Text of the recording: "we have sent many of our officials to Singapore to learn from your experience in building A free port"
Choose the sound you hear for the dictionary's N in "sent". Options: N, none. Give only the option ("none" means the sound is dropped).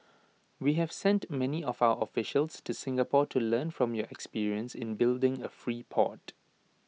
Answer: N